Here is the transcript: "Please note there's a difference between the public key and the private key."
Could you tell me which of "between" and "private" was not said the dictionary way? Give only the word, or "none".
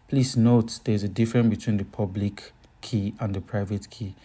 none